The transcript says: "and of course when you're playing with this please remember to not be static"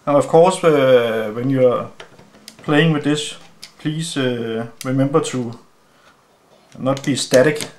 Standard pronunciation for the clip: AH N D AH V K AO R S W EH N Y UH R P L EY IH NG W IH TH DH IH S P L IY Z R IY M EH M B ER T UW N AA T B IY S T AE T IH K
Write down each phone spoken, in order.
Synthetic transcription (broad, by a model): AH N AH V K AO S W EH N Y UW P L EY IH NG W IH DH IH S P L IY S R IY M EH M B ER S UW N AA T B IY S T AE T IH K